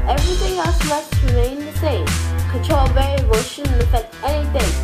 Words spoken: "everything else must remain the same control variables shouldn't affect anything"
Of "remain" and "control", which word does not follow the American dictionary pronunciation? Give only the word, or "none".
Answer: control